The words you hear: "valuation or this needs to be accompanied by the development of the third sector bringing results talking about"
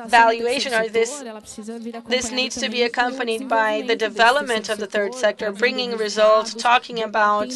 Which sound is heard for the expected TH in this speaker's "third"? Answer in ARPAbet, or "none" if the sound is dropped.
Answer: TH